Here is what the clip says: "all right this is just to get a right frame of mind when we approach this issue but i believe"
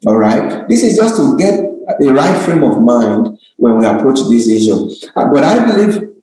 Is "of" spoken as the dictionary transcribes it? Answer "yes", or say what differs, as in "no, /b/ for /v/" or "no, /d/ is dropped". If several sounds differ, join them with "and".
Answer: yes